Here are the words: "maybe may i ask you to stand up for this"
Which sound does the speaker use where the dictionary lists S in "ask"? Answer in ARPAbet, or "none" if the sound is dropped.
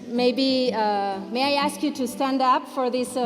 S